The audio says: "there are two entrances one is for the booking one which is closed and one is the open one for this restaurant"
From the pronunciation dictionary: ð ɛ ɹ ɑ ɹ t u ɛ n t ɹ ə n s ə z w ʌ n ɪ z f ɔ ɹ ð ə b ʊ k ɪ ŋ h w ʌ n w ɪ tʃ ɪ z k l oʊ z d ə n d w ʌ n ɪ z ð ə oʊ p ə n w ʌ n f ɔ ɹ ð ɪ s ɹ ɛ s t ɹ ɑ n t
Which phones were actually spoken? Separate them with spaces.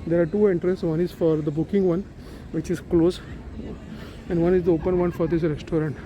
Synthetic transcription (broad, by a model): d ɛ ɹ ɑ ɹ t u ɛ n t ɹ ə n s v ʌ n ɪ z f ɔ ɹ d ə b ʊ k ɪ ŋ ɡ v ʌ n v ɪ tʃ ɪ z k l oʊ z ə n d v ʌ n ɪ z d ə oʊ p ə n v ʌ n f ɔ ɹ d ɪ s ɹ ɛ s t ɹ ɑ n t